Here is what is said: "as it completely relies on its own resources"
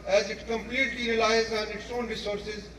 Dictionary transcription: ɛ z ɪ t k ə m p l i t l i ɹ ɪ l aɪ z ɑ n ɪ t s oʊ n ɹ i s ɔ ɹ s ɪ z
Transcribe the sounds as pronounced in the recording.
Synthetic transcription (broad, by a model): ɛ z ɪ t k ə m p l i t l i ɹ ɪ l aɪ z ɑ n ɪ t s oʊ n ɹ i s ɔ ɹ s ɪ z